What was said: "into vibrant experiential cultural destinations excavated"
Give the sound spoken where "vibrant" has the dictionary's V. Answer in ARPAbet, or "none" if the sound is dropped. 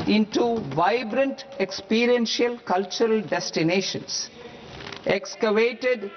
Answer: V